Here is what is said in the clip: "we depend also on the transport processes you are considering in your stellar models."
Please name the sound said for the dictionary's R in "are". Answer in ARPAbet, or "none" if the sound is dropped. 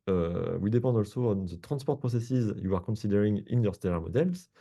R